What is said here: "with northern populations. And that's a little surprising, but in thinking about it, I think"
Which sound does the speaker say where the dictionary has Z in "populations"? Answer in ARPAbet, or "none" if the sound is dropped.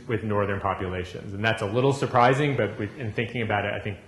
Z